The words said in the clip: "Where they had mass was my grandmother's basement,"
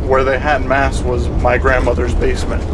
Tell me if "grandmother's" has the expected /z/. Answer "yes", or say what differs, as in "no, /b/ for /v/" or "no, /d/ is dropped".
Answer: yes